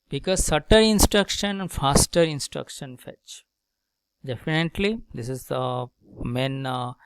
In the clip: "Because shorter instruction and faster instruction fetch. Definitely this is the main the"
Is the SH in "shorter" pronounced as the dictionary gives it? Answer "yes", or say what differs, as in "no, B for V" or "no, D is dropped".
no, S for SH